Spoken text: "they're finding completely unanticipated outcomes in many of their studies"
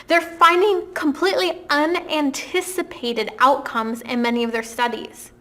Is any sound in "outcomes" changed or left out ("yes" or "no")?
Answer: no